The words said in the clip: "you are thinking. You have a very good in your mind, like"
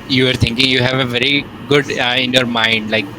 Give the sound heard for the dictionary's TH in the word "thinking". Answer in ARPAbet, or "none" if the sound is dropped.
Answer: T